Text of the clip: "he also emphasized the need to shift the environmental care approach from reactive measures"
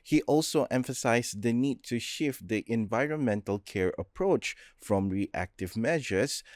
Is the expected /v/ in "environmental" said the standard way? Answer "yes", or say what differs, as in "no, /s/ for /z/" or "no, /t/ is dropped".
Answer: yes